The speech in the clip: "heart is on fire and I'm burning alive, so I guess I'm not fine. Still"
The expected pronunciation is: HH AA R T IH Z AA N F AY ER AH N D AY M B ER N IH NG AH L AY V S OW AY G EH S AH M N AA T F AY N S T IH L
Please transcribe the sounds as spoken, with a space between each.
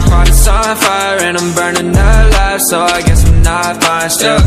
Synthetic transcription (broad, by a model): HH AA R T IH S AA F AY ER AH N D AY M B ER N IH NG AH L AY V S OW AY G EH S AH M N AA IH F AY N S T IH